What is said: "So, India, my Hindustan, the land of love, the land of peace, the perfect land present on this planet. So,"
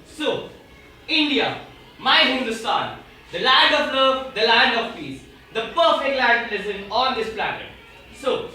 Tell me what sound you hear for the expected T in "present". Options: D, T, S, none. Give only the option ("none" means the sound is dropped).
none